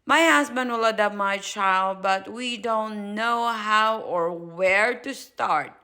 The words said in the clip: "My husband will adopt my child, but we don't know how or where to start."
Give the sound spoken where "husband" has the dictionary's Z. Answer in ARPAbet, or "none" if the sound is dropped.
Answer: S